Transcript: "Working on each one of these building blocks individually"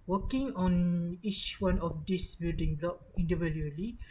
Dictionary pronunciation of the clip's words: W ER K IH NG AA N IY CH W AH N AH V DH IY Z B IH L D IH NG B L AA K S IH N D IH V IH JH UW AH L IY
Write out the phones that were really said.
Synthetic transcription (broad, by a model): W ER K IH NG AA N IY CH W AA N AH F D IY S B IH L D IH NG B L AA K IH N D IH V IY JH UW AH L IY